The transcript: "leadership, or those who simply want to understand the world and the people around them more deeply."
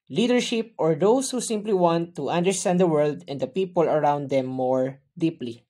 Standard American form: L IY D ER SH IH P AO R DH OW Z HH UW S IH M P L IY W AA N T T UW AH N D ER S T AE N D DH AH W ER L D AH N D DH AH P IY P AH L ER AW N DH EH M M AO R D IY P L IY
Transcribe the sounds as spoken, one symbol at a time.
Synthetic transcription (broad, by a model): L IY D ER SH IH P AO R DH OW S HH UW S IH M P L IY W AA N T T UW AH N D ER S T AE N D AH W ER L D AH N D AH P IY P AH L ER AW N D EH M M AO R D IY P L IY